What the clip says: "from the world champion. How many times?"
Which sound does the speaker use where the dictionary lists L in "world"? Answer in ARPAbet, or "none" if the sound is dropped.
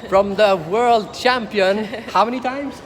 L